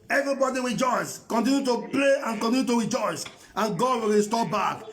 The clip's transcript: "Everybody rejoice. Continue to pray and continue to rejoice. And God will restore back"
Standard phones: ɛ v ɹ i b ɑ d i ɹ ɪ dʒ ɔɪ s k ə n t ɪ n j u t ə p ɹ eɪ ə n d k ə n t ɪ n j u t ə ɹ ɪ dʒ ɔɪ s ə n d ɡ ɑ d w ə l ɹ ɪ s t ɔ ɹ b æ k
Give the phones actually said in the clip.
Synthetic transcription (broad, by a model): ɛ v ɹ i b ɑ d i ɹ ɪ dʒ ɔɪ s k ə n t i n j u t ə p l eɪ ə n k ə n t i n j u t ə ɹ ɪ dʒ ɔɪ s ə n ɡ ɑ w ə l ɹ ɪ s t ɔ b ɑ k